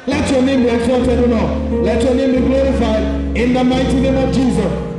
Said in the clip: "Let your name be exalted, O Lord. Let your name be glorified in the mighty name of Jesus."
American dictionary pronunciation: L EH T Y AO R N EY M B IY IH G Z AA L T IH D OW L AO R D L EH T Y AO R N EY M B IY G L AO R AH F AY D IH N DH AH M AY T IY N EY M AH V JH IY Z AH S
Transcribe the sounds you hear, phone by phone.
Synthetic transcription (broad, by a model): L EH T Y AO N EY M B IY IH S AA T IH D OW N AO L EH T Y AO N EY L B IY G L AO R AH F AY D IH N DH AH M AY T IY N EY M AH V JH IY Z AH S